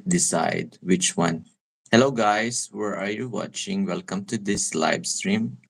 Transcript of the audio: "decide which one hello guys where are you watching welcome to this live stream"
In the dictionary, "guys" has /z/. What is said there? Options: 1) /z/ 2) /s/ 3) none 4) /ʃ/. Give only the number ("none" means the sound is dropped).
2